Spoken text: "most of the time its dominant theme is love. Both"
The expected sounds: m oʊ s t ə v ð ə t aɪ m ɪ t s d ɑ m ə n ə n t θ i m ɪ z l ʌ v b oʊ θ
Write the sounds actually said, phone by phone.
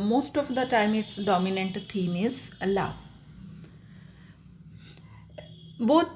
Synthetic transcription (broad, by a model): m oʊ s t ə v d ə t aɪ m ɪ t s d ɑ m ə n ə n t t i m ɪ z l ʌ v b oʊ